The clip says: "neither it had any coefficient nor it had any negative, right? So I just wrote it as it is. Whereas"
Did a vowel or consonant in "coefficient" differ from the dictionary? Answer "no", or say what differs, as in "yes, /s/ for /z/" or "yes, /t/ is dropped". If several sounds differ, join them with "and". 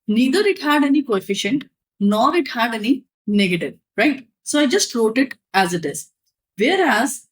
no